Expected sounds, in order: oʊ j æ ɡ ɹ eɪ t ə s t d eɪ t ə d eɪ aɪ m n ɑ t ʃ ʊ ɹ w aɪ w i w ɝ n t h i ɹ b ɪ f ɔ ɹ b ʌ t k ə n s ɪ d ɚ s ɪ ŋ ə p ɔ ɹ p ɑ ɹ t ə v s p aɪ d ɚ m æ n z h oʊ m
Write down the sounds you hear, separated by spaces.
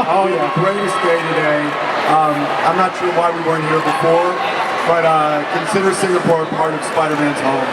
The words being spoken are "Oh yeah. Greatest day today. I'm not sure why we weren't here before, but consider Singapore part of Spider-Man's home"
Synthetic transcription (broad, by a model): oʊ j æ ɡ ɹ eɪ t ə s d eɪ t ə d eɪ aɪ m n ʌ t ʃ ʊ ɹ w aɪ w i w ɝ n h i ɹ b ɪ f ɔ ɹ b ʌ t k ə n s ɪ d ɚ s ɪ ŋ ə p ɔ ɹ p ɑ ɹ t ə v s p aɪ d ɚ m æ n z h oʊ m